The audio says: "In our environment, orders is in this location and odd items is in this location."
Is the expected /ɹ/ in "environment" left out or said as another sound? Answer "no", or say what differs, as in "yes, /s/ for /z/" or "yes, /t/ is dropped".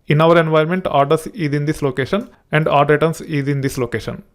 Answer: yes, /ɹ/ is dropped